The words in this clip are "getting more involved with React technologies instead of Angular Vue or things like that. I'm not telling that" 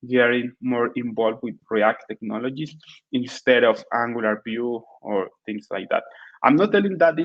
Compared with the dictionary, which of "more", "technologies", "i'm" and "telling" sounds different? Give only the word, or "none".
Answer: technologies